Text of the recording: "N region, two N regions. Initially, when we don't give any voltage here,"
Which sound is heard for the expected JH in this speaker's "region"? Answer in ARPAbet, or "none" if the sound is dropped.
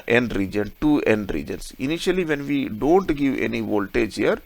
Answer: JH